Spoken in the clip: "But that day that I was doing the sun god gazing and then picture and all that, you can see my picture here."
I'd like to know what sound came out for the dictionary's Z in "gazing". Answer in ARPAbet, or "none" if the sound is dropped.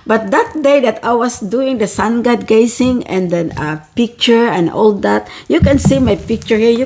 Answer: S